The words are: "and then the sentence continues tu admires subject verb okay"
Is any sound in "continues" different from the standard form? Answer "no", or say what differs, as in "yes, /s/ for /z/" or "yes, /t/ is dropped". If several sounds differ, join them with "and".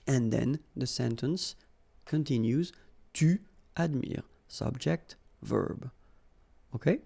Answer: no